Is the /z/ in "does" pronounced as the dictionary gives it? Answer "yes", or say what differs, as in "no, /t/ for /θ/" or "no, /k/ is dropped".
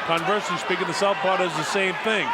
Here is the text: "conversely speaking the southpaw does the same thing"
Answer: yes